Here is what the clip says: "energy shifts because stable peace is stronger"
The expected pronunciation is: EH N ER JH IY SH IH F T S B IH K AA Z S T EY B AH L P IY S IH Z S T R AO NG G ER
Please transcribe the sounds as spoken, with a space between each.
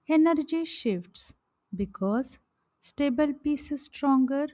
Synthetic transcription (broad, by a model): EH N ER JH IY SH IH F T S B IH K AA Z S T EY B AH L P IY S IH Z S T R AO NG G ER